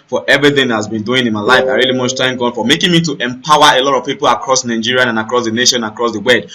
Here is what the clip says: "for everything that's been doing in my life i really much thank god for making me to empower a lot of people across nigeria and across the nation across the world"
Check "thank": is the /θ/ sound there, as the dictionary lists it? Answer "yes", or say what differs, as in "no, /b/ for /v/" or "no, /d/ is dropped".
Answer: no, /t/ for /θ/